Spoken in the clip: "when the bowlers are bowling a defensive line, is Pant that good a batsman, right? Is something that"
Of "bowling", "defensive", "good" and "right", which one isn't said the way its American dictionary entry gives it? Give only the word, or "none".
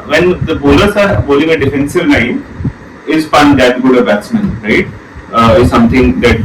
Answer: none